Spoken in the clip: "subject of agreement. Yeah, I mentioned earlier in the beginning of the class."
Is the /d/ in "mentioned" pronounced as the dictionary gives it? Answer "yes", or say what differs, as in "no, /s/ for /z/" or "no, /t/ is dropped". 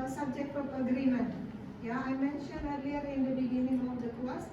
no, /d/ is dropped